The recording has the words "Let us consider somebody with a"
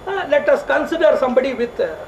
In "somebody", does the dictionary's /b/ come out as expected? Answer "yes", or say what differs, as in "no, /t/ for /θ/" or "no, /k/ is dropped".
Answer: yes